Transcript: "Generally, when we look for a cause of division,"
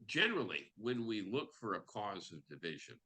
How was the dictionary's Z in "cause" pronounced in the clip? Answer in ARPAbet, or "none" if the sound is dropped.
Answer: Z